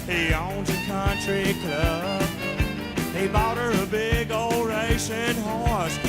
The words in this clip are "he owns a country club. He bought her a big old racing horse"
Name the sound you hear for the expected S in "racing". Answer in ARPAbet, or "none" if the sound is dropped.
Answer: SH